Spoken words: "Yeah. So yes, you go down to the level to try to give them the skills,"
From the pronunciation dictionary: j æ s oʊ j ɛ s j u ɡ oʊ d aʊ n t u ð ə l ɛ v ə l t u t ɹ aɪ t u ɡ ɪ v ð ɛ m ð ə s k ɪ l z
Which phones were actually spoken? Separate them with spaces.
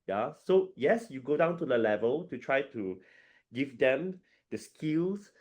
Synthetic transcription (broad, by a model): j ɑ s oʊ j ɛ s j u ɡ oʊ d aʊ n t u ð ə l ɛ v ə l t u t ɹ aɪ t u ɡ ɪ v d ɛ m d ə s k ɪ l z